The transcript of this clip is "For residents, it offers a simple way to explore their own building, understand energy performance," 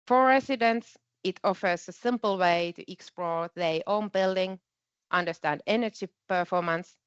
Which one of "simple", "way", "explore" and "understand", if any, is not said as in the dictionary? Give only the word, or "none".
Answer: none